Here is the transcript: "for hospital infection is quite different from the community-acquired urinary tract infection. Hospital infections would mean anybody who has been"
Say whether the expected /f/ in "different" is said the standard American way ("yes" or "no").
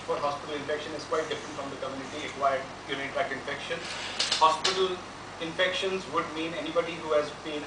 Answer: yes